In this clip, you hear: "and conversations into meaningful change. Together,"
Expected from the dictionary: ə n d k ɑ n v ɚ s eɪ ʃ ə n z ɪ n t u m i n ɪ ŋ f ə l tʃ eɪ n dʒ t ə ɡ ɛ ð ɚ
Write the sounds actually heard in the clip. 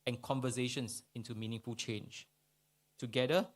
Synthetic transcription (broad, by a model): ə n k ɑ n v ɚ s eɪ ʃ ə n s ɪ n t u m i n ɪ ŋ f ə l tʃ eɪ n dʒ t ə ɡ ɛ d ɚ